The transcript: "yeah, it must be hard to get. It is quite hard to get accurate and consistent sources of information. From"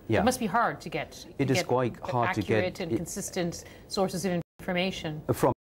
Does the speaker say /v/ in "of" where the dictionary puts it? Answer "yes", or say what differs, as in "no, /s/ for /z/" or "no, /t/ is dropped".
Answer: yes